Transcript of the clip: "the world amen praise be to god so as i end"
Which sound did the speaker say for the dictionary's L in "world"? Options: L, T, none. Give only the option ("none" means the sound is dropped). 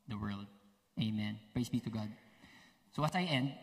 L